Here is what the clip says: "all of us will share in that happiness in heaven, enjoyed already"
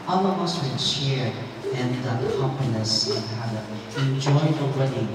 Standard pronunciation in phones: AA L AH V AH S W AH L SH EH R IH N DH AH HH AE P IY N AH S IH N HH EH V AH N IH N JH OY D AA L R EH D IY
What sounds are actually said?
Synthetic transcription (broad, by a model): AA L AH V AH S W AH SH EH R IH N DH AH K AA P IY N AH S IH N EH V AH IH N JH OY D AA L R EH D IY